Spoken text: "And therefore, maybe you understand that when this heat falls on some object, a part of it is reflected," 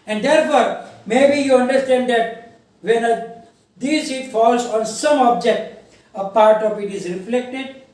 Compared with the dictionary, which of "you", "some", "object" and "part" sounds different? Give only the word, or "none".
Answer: none